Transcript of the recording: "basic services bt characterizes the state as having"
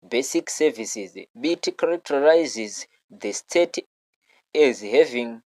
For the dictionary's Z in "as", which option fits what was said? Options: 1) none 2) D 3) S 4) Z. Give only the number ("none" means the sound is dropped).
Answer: 4